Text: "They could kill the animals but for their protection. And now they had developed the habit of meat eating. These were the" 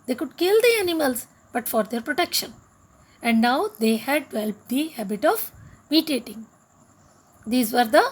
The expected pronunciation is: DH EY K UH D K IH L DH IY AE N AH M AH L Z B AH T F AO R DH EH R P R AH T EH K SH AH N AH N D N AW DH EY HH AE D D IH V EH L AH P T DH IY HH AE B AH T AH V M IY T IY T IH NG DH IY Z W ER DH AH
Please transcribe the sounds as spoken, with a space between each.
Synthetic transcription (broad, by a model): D EY K UH D K IH L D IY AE N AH M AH L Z B AH T F AO R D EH R P R AH T EH K SH AH N AH N D N AW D EY HH AE D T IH EH L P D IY HH AE B AH T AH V M IY T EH T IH NG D IY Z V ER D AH